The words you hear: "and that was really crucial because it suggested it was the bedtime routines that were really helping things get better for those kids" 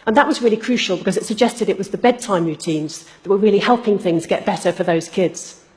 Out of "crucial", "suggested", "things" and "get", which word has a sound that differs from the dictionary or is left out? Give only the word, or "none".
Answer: none